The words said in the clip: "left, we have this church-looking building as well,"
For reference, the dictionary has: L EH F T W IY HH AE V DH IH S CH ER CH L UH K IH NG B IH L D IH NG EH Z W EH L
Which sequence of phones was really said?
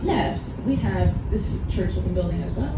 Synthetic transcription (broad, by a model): L EH F T W IY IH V DH IH S CH ER CH W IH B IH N B IH L D IH NG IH Z W EH L